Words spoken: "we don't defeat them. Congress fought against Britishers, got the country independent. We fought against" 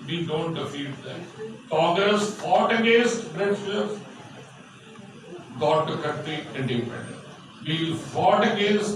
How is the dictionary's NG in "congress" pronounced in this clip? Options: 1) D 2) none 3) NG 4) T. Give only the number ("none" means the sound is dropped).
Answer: 2